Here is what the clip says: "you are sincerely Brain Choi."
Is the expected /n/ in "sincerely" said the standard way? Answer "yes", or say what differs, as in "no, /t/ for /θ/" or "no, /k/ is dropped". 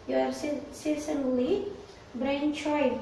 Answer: no, /n/ is dropped